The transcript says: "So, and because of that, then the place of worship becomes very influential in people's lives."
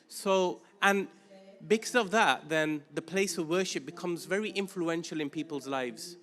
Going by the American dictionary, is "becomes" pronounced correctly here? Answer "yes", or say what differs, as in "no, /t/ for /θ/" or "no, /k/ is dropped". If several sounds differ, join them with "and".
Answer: yes